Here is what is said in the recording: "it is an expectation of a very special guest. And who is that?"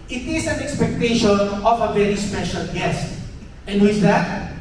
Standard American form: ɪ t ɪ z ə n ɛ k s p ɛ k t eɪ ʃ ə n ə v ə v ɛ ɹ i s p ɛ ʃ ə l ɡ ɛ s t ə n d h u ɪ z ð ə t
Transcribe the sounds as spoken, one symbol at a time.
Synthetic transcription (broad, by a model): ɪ t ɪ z ə n ɛ k s p ɛ k t eɪ ʃ ə n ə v ə v ɛ ɹ i s p ɛ ʃ ə l ɡ ɛ s t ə n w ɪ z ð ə t